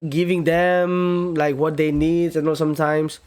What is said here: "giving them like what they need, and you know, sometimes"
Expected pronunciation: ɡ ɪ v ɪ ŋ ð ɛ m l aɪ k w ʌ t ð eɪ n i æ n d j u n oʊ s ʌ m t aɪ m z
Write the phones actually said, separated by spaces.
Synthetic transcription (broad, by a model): ɡ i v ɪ ŋ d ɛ m l aɪ k w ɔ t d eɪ n i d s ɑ n oʊ s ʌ m t aɪ m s